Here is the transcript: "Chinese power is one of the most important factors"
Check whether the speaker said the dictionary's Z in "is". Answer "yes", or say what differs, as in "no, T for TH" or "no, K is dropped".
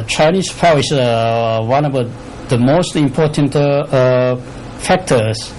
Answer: no, S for Z